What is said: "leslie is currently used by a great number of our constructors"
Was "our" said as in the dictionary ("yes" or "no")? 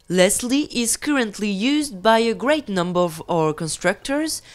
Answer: yes